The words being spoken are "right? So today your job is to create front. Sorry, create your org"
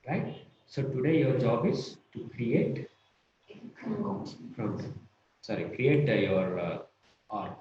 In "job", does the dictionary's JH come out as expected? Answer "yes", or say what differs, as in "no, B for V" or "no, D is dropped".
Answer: yes